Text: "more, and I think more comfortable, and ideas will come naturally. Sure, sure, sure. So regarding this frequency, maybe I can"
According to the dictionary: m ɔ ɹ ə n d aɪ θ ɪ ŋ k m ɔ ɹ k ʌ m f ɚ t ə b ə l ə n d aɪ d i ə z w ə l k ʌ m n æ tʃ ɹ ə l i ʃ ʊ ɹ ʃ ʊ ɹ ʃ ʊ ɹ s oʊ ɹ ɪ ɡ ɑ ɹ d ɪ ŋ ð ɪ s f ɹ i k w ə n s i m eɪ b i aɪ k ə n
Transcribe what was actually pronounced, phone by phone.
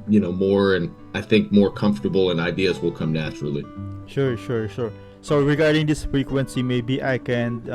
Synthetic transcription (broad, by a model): m ɔ ɹ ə n aɪ θ ɪ ŋ k m ɔ ɹ k ʌ m f t ə b l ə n aɪ d i ə z w ə l k ʌ m n æ tʃ ɹ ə l i ʃ ʊ ɹ ʃ ʊ ɹ ʃ ʊ ɹ s oʊ ɹ ɪ ɡ ɑ ɹ d ɪ ŋ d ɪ s f ɹ i k w ə n s i m eɪ b i aɪ k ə n